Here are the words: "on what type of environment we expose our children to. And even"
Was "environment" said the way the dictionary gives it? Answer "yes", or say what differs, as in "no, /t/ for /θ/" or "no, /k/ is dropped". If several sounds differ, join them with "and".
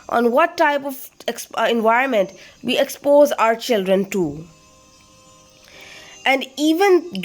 yes